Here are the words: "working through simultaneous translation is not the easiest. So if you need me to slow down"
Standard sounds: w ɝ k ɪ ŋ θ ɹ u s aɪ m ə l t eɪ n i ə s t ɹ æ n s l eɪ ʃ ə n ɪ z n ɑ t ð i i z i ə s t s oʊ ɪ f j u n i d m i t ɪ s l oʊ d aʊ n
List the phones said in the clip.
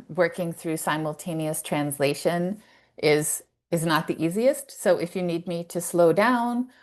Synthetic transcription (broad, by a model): w ɝ k ɪ ŋ θ ɹ u s aɪ m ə l t eɪ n i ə s t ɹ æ n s l eɪ ʃ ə n ɪ z n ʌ t ð i i z i ə s t s oʊ ɪ f j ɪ n i d m i t ɪ s l oʊ d aʊ n